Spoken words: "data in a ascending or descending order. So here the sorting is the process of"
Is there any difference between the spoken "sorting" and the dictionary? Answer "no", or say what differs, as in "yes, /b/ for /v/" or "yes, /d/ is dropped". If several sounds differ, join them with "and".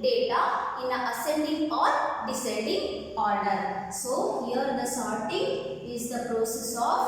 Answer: no